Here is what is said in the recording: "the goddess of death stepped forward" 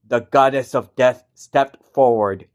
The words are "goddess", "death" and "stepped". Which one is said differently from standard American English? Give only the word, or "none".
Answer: none